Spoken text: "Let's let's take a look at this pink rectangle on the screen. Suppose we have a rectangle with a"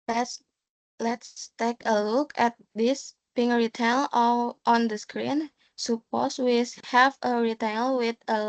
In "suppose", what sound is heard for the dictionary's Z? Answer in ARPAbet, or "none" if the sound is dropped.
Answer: S